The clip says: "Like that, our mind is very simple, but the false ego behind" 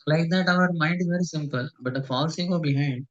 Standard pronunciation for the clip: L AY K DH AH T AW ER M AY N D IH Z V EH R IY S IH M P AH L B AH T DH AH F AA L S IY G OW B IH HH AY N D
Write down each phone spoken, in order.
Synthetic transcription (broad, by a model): L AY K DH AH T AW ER M AY N D IH Z V EH R IY S IH M P AH L B AH T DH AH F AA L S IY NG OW B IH HH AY N D